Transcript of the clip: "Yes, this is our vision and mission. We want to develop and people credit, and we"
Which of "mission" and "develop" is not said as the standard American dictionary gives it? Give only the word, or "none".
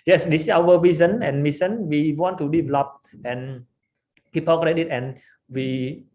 mission